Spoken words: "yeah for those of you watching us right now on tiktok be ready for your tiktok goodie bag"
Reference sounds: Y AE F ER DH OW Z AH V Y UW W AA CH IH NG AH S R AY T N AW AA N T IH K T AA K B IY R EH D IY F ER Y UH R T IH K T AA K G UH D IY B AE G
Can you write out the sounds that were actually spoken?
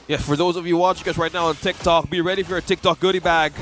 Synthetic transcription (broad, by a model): Y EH F ER DH OW Z AH V Y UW W AA CH IH NG AH S R AY T N AW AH N T IH K T AA K B IY R EH D IY F ER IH T IH K T AA K G UH D IY B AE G